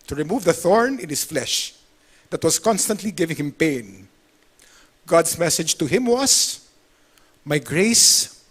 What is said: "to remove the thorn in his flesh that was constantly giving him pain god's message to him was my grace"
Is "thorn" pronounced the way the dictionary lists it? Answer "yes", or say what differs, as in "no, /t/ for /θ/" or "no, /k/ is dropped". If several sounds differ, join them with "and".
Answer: yes